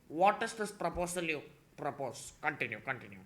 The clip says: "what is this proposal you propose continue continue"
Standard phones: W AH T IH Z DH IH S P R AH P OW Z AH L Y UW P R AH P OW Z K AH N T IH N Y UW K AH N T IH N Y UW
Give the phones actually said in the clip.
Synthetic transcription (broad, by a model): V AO T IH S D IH S P R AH P OW S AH L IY P R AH P OW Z K AH N T IH N Y UW K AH N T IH N Y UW